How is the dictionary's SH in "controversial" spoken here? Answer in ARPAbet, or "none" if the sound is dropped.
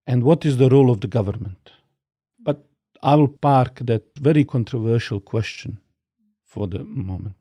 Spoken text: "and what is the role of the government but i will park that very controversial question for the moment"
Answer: SH